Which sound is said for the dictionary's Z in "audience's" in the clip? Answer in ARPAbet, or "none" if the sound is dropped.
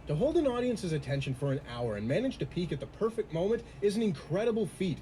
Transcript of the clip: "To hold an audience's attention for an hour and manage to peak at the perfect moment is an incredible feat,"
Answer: Z